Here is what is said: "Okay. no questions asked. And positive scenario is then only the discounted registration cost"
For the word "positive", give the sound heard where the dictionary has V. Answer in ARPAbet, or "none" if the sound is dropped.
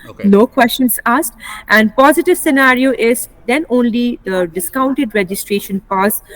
V